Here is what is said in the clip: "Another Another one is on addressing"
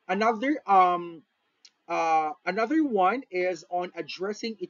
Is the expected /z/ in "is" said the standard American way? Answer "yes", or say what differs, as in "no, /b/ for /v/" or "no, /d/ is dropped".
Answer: yes